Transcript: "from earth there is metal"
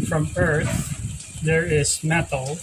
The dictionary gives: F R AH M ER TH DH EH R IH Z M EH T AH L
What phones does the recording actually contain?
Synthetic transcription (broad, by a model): F R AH M ER TH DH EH R IH Z M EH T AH L